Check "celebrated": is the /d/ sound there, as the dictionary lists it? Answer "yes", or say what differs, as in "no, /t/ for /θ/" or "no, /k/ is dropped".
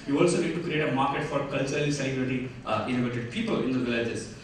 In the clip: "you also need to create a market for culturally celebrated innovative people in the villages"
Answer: no, /d/ is dropped